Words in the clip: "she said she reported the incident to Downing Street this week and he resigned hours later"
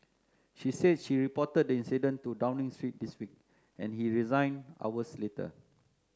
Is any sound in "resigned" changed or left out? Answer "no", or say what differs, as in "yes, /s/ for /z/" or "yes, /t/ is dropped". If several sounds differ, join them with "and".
yes, /d/ is dropped